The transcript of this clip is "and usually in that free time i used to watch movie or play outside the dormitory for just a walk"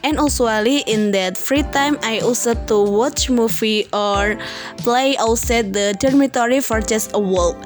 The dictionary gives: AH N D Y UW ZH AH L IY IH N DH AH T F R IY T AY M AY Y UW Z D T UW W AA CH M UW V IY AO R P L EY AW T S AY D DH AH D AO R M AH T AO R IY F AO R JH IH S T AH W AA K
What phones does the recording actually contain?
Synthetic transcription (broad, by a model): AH N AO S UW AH L IY IH N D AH T F R IY T AY M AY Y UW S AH T UW W AA CH M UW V IY AO R P L EY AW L S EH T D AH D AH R M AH T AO R IY F AO R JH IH S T AH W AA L